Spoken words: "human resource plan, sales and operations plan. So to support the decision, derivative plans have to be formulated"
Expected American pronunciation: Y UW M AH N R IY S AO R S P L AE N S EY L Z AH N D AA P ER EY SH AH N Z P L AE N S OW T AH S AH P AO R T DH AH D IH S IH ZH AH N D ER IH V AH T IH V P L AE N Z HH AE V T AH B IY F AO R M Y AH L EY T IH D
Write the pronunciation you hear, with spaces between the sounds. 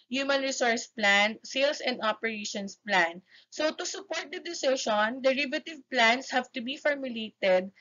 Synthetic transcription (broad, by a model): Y UW M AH N R IY S AO R S P L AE N S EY L S AH N D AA P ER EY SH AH N S P L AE N S OW T AH S AH P AO R T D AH D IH S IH SH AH N D ER IH V AH T IH V P L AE N S HH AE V T AH B IY F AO R M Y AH L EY T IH D